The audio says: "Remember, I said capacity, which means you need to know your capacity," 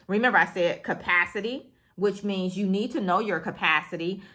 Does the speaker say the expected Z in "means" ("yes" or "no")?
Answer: yes